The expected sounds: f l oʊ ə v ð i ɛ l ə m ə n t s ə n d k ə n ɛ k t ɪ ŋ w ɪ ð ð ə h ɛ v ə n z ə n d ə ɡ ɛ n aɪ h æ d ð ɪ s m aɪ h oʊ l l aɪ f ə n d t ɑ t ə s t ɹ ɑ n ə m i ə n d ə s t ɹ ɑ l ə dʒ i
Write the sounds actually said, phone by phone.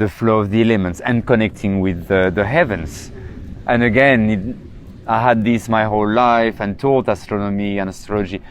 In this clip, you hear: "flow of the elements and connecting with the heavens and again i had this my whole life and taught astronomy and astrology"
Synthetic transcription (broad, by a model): f l oʊ ə v ð i ɛ l ə m ə n t s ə n k ə n ɛ k t ɪ ŋ w ɪ ð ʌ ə h ɛ v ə n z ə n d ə ɡ ɛ n aɪ h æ d ð ɪ s m aɪ h oʊ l l aɪ f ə n t ɑ t ə s t ɹ ɑ n ə m i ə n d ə s t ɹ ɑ l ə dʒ i